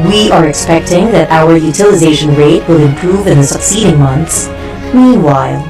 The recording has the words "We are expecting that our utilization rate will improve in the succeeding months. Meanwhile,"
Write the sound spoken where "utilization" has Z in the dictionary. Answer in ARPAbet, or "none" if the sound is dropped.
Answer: Z